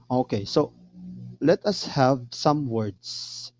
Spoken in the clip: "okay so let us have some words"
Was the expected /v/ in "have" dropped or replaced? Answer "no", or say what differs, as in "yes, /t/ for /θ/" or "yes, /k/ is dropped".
no